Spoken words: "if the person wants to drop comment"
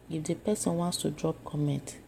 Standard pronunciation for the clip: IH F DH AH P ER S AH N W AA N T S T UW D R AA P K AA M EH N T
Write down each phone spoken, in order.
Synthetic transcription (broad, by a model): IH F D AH P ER S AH N W AA N T S T UW D R AA P K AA M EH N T